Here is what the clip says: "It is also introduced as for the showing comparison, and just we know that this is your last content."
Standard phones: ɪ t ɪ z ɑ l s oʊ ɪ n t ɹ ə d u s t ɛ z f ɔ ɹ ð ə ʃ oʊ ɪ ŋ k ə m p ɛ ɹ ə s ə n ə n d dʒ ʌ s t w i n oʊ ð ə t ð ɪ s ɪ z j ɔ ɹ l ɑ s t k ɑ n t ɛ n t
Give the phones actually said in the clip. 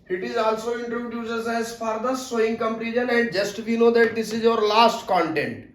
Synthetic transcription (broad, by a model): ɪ t ɪ z ɑ l s oʊ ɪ n t ɹ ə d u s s ɛ z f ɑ ɹ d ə s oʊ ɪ ŋ k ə m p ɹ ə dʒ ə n ə n d dʒ ʌ s t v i n oʊ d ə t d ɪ s ɪ z j ɔ ɹ l ɑ s t k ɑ n t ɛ n t